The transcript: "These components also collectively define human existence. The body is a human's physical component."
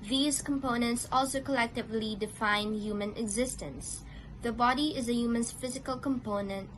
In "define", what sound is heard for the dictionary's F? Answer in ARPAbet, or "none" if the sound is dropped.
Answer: F